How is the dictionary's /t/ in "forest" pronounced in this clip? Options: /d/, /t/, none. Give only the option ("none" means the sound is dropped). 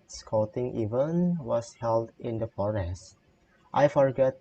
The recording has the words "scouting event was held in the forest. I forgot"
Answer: /t/